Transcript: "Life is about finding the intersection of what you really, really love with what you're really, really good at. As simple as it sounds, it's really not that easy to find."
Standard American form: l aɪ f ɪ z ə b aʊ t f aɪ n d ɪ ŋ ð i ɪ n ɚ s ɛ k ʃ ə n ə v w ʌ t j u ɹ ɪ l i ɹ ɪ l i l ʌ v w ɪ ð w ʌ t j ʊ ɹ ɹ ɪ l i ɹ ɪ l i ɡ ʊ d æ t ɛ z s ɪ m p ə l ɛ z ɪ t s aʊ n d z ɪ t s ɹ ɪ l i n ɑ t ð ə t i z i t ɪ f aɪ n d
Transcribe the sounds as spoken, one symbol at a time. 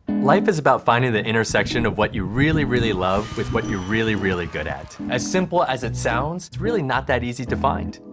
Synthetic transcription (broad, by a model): l aɪ f ɪ z ə b aʊ t f aɪ n d ɪ ŋ ð i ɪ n ɚ s ɛ k ʃ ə n ə v w ʌ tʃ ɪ ɹ ɪ l i ɹ ɪ l i l ʌ v w ɪ ð w ʌ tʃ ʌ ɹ ɹ ɪ l i ɹ ɪ l i ɡ ʊ d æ t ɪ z s ɪ m p l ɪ z ɪ t s aʊ n d z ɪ t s ɹ ɪ l i n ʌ t ð ə t i z i t ɪ f aɪ n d